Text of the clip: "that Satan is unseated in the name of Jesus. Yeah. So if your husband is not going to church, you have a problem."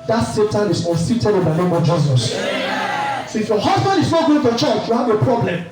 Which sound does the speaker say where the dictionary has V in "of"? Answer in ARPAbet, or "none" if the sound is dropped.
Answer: V